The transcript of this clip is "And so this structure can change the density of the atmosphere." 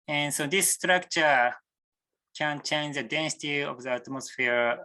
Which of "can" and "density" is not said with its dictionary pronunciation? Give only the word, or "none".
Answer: none